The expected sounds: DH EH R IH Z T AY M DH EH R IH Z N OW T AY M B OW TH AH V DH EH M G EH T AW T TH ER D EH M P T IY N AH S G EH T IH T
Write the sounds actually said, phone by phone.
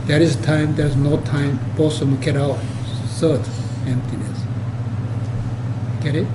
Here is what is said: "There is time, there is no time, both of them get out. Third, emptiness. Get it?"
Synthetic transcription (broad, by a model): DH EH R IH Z T AY M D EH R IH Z N OW T AY M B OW S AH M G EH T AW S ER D EH M P T IY N AH S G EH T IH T